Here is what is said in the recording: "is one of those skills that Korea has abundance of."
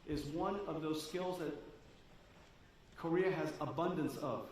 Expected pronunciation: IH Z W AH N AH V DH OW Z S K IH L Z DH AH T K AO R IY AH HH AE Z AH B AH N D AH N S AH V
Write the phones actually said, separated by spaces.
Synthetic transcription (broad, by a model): IH Z W AH N AH V DH OW Z S K IH L Z DH AH T K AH R IY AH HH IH Z AH B AH N D AH N S AH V